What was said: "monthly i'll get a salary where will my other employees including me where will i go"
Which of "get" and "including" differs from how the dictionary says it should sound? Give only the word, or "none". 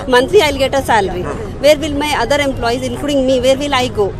including